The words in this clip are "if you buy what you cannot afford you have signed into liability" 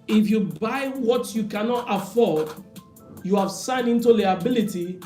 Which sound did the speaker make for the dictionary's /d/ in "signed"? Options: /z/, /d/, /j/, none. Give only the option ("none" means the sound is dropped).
none